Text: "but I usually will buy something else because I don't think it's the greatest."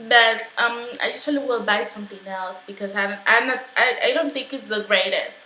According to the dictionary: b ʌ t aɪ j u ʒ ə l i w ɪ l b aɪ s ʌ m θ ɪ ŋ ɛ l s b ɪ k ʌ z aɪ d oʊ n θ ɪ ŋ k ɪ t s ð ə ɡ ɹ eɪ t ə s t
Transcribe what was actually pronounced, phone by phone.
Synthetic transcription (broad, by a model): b ʌ t aɪ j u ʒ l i w ɪ l b aɪ s ʌ m θ ɪ ŋ ɛ l s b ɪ k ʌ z aɪ d oʊ n θ ɪ ŋ k ɪ t s ð ə ɡ ɹ eɪ t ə s t